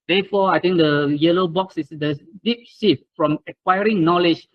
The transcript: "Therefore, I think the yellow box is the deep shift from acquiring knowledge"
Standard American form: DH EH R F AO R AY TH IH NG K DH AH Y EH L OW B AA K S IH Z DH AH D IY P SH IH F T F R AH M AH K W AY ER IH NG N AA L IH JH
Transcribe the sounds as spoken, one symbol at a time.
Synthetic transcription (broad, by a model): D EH F AO AY T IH NG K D AH Y EH L OW B AA K S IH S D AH D IY P S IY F F R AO M AH K W AY ER IH NG N AA L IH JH